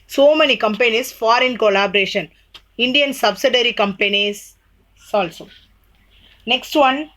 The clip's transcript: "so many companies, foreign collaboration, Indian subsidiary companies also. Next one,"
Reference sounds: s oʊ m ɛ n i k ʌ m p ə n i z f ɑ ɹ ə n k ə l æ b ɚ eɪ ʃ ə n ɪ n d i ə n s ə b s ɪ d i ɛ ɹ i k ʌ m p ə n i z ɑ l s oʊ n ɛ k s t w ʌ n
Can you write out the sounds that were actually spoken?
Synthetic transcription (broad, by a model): s oʊ m ɛ n i k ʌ m p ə n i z f ɑ ɹ ə n k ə l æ b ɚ eɪ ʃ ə n ɪ n d i ə n s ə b s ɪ d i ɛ ɹ i k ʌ m p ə n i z ɑ l s oʊ n ɛ k s t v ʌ n